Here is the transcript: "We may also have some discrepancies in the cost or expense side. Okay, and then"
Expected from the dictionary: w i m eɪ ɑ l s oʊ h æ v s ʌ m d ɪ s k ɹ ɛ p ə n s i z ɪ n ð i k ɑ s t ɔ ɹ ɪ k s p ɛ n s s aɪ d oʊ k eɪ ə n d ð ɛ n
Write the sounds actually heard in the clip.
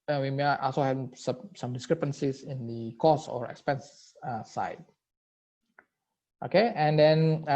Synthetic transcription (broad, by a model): w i m eɪ ɑ l s oʊ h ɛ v s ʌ m d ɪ s k ɹ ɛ p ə n s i s ɪ n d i k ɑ s ɔ ɹ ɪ k s p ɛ n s s aɪ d oʊ k eɪ ə n d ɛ n